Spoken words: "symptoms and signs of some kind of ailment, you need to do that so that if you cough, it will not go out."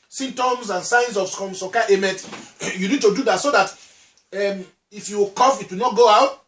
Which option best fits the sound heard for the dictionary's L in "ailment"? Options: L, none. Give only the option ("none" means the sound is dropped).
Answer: none